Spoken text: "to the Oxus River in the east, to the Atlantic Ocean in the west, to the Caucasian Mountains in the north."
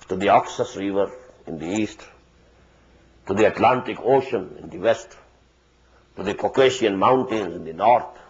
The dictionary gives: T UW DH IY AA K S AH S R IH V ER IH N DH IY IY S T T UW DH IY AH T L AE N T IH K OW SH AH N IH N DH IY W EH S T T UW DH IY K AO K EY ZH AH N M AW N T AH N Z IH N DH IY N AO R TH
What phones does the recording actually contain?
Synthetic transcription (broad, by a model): T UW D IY AA K S AH S R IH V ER IH N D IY IY S T T UW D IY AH T L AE N T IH K OW SH AH N IH N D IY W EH S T T UW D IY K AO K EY SH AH N M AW N T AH N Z IH N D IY N AO R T